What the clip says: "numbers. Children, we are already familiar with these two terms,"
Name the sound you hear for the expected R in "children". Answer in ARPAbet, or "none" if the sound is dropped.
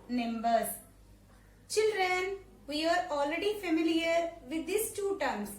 R